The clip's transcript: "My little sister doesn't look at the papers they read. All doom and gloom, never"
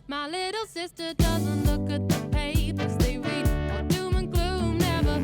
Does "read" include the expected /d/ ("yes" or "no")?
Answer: no